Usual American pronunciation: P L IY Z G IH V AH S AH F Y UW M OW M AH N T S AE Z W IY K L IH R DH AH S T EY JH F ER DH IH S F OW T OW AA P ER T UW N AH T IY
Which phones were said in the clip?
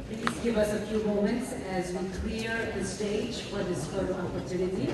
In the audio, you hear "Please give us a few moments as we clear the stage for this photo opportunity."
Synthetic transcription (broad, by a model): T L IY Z G IH V AH S AH F Y UW M OW M AH N T S AE Z W IY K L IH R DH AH S T EY JH F ER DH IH S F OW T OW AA P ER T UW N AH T IY